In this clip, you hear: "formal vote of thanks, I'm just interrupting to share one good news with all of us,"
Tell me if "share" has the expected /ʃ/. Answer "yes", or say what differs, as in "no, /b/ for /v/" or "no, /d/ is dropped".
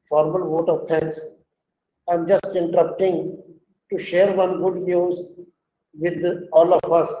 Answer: yes